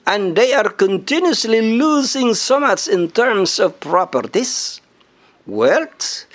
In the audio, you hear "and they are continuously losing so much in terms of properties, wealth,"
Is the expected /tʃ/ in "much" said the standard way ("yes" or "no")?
no